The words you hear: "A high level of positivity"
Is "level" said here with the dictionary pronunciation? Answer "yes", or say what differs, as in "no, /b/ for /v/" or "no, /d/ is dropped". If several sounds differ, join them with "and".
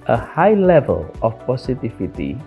yes